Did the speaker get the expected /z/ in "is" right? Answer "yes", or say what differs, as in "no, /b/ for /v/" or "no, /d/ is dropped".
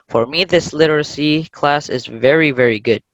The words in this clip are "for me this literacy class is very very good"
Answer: yes